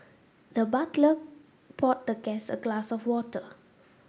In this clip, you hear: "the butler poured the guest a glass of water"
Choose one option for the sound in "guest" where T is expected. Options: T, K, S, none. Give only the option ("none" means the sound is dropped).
none